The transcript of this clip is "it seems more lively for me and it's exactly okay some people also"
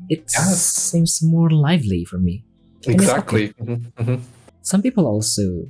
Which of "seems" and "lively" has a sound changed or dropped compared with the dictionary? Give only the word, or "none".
none